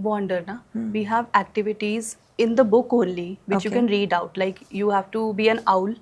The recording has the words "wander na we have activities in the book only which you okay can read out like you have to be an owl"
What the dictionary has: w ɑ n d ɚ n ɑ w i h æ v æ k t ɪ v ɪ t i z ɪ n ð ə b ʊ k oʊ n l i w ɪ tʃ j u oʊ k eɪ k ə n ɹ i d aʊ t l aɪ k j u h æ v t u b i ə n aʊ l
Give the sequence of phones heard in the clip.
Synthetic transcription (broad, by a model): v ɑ n d ɚ n ɑ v i h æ v æ k t ɪ v ɪ t i z ɪ n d ə b ʊ k oʊ n l i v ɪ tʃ j u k k ə n ɹ i d aʊ t l aɪ k j u h æ v t u b i ə n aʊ l